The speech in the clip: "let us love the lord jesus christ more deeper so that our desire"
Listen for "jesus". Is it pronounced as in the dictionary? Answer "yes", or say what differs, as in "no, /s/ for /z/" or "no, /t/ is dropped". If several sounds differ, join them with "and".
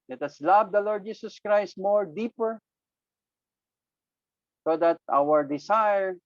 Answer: no, /s/ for /z/